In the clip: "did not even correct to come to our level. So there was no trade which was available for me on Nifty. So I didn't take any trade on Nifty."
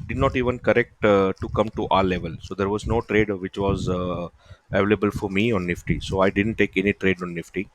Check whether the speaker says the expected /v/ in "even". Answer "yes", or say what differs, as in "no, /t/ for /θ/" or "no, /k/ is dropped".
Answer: yes